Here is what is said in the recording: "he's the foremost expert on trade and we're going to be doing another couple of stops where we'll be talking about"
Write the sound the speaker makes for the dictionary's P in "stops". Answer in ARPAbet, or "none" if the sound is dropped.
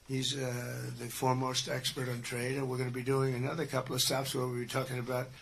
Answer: F